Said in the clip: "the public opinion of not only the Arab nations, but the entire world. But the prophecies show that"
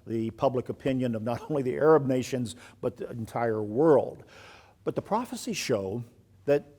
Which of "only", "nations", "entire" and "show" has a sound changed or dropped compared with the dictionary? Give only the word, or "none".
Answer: none